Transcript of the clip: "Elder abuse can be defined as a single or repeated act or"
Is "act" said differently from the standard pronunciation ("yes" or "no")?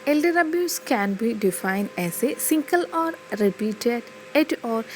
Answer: yes